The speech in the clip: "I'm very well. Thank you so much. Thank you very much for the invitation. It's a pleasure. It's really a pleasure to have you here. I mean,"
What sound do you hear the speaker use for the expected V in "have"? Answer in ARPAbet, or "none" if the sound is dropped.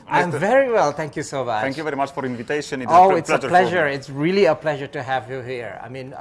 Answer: V